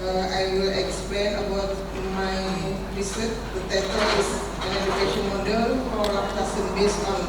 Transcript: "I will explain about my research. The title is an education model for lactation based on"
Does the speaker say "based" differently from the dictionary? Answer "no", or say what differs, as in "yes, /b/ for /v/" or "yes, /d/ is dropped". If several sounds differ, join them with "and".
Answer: yes, /t/ is dropped